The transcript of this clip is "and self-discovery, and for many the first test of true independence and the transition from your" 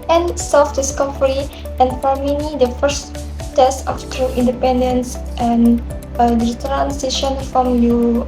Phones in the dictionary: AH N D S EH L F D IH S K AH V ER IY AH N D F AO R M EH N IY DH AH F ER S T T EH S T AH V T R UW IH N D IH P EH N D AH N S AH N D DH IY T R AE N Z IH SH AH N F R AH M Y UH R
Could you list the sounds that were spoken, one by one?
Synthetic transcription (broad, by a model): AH N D S EH L F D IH S K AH F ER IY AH N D F AO R M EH N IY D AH F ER S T T EH S T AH F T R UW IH N D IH P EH N D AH N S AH N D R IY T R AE N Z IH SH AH N F R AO M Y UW